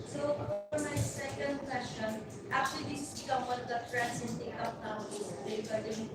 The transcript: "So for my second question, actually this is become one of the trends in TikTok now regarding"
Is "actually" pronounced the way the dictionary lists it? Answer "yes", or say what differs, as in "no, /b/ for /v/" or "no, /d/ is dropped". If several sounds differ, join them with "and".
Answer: no, /l/ is dropped